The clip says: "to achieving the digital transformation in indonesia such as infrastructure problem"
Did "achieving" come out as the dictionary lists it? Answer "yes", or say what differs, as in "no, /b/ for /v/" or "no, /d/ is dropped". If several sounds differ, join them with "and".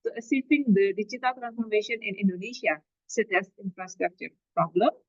no, /s/ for /tʃ/